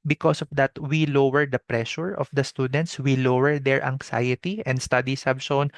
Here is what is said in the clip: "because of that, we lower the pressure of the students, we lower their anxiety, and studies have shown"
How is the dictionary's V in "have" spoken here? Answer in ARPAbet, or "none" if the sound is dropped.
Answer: B